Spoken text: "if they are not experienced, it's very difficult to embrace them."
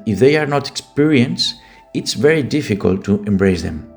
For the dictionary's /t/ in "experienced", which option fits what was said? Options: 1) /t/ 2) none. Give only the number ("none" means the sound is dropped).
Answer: 2